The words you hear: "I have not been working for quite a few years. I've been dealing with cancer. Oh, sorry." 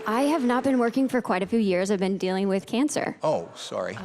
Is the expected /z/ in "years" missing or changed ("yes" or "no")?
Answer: no